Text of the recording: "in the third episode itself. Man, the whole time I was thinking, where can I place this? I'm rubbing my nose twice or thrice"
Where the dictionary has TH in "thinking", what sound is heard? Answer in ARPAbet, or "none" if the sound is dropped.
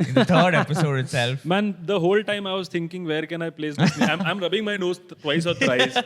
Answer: T